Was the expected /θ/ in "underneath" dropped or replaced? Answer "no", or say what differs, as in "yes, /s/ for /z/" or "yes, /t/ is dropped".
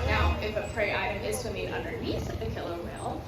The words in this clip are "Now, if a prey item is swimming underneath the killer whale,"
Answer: yes, /s/ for /θ/